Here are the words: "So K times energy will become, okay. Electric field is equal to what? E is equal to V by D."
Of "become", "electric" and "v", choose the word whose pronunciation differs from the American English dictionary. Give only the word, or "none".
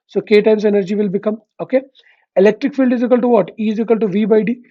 none